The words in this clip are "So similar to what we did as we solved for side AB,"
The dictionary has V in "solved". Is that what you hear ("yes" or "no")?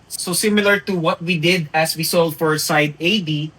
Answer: no